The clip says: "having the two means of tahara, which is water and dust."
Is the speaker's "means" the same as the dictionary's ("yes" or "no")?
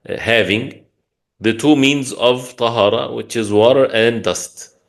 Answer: yes